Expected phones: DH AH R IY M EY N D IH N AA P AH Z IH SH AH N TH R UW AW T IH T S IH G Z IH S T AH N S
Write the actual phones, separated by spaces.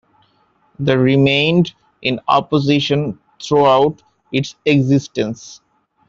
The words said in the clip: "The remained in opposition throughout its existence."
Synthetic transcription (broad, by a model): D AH R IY M EY N D IH N AA P AH Z IH SH AH N T R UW AW T IH T S IH G Z IH S T AH N S